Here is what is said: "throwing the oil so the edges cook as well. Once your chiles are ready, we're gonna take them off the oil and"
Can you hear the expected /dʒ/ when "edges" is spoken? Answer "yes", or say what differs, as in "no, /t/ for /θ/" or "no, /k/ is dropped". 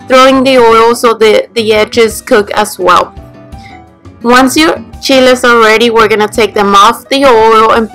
yes